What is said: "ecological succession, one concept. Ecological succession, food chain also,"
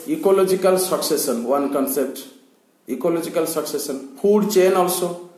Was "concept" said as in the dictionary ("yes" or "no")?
yes